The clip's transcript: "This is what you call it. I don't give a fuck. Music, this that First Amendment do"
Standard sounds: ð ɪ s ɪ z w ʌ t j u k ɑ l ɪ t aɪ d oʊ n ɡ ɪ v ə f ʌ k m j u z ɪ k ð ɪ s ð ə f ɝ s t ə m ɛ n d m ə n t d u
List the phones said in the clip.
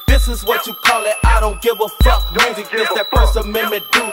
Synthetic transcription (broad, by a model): ð ɪ s ɪ z w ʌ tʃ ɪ k ɑ l ɪ t aɪ d oʊ n ɡ ɪ v ə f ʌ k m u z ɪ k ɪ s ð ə p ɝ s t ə m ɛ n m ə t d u